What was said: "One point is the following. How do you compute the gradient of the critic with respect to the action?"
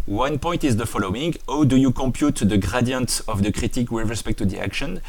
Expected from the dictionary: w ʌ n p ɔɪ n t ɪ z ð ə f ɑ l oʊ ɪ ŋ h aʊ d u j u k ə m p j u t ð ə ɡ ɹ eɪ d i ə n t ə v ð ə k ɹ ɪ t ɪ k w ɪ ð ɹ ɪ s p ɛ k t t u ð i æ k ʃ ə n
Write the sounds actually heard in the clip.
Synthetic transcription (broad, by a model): w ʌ n p ɔɪ n t ɪ z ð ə f ɑ l oʊ ɪ ŋ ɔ d u j u k ə m p j u t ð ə ɡ ɹ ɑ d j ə n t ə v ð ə k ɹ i t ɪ k w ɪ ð ɹ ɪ s p ɛ k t t u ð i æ k ʃ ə n